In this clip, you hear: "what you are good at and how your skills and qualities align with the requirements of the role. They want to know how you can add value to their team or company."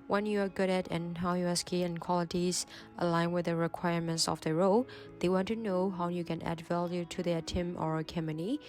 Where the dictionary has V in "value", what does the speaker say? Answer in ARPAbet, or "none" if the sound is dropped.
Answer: V